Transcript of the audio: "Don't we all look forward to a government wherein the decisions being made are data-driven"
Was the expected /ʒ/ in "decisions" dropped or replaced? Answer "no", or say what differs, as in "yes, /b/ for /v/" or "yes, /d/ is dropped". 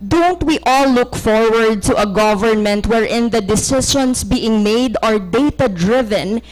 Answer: yes, /ʃ/ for /ʒ/